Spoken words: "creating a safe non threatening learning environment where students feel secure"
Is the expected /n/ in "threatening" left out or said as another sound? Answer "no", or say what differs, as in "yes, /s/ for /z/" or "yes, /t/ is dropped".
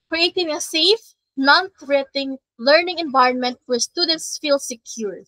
yes, /n/ is dropped